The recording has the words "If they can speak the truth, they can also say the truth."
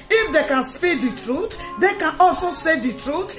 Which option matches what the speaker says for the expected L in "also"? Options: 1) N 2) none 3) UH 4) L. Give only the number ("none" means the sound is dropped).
4